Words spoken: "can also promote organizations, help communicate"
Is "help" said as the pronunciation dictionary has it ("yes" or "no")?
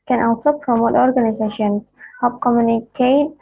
no